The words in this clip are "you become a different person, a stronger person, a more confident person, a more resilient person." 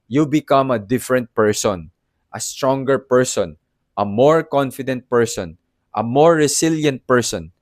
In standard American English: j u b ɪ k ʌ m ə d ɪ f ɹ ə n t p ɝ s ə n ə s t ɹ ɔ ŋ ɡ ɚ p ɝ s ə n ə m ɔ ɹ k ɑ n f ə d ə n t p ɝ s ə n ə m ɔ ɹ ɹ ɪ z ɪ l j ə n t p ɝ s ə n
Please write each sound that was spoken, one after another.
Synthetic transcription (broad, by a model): j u b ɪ k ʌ m ə d ɪ f ɹ ə n t p ɝ s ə n ə s t ɹ ɔ ŋ ɡ ɚ p ɝ s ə n ə m ɔ ɹ k ɑ n f ə d ə n t p ɝ s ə n ə m ɔ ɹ ɹ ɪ s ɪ l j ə n t p ɝ s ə n